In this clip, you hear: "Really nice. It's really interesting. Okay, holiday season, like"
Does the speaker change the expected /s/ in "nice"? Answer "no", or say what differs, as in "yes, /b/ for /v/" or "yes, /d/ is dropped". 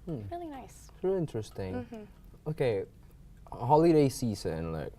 yes, /s/ is dropped